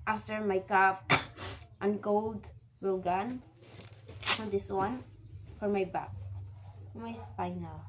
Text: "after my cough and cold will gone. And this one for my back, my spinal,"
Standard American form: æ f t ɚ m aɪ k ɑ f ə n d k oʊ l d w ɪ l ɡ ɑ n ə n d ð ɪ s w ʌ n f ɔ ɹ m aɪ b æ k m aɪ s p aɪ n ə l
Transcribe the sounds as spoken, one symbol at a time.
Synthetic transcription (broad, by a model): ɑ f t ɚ m aɪ k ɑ p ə n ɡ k oʊ l d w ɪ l ɡ ɑ n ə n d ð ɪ s w ʌ n f ɔ ɹ m aɪ b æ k m aɪ s p aɪ n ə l